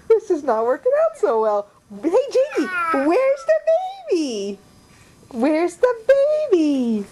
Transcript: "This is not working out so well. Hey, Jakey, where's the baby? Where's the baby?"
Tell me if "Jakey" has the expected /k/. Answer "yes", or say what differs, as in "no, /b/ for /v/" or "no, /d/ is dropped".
no, /k/ is dropped